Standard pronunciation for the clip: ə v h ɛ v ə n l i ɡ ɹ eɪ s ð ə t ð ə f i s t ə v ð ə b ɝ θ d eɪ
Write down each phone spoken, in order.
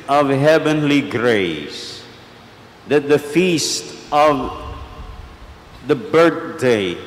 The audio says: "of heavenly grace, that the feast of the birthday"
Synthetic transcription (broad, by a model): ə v h ɛ v ə n l i ɡ ɹ eɪ s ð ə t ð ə f i s t ə v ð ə b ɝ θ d eɪ